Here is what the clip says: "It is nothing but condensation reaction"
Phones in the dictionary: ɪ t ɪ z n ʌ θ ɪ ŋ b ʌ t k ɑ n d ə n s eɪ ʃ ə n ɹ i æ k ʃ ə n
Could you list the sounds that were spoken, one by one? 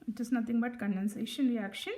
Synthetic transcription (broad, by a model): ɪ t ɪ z n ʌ t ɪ ŋ b ʌ t k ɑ n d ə n s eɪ ʃ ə n ɹ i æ k ʃ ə n